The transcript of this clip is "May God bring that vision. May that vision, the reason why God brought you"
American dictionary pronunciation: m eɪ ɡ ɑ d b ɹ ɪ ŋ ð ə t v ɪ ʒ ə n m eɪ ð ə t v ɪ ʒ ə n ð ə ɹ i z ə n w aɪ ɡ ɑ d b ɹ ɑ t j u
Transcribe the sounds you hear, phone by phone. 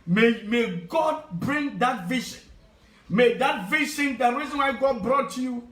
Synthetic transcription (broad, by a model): m eɪ ɡ ɑ d b ɹ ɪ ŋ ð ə t v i ʃ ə n m eɪ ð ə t v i ʃ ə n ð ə ɹ i z ə n w aɪ ɡ ɑ d b ɹ ɑ t j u